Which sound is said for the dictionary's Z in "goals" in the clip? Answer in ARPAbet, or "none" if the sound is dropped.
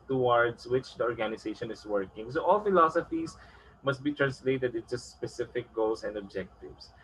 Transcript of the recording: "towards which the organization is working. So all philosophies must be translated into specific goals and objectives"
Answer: S